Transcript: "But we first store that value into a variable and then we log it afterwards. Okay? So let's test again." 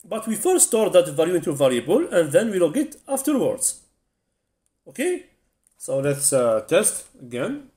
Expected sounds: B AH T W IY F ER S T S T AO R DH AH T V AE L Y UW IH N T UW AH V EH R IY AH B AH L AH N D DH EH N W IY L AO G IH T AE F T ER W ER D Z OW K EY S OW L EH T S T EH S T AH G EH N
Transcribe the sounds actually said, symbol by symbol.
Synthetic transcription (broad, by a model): B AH T W IY F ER T S T AO R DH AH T V AE L Y UW IH N T UW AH V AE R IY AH B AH L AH N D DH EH N W IY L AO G IH T AE F T ER W ER D Z OW K EY S OW L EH T S T EH S T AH G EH N